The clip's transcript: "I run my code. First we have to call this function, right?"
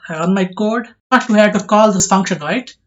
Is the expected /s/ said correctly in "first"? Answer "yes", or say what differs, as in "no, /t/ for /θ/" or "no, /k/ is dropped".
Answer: no, /s/ is dropped